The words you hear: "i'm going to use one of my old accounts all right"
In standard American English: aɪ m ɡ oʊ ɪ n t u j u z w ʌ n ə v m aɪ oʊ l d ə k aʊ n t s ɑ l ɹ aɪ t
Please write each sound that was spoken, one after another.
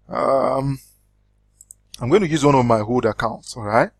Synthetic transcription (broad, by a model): aɪ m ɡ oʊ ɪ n t u j u z w ʌ n ə v m aɪ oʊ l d ə k aʊ n t s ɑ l ɹ aɪ t